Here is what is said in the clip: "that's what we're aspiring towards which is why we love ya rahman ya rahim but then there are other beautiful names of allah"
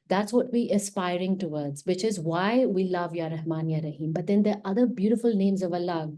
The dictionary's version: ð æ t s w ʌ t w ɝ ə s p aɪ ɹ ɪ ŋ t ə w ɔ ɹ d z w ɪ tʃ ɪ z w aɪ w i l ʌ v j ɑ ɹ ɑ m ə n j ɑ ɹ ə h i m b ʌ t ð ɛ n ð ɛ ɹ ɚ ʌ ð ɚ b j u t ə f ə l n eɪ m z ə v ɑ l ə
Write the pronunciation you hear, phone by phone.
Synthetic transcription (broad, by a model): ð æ t s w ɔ t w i ə s p aɪ ɹ ɪ ŋ t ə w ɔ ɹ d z w ɪ tʃ ɪ z w aɪ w i l ʌ v j ɑ ɹ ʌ m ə n j ɑ ɹ ə h i m b ʌ t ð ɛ n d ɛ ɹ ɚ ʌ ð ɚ b j u t ə f ə l n eɪ m z ə v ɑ l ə